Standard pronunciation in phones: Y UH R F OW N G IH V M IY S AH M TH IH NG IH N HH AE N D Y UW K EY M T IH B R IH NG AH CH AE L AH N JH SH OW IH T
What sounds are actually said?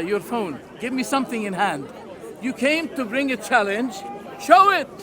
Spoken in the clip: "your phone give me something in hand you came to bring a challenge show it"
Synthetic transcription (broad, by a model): Y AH R F OW N G IH V M IY S AH M TH IH NG IH N HH AE N D Y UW K EY M T IH B R IH NG AH CH AE L AH N JH SH OW IH T